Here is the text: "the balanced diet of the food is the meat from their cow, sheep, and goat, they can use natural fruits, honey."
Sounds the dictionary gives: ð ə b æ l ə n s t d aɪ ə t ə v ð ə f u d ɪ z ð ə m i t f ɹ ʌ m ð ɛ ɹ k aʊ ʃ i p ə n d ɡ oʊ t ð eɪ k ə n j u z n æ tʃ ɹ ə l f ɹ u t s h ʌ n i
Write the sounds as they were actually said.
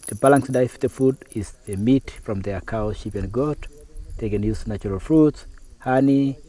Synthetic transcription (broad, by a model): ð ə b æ l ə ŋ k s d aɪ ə ə f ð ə f u d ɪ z ð ə m i t f ɹ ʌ m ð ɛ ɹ k aʊ ʃ i p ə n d ɡ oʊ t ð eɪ k ə n j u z n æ tʃ ɹ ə l f ɹ u t s h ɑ n i